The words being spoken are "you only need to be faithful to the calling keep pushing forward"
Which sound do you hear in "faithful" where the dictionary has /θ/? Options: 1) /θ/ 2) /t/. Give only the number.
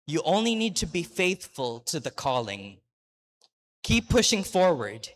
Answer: 1